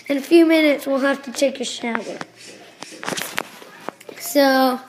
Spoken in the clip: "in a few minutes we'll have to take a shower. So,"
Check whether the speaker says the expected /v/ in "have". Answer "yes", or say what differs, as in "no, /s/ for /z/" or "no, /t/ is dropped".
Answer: no, /f/ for /v/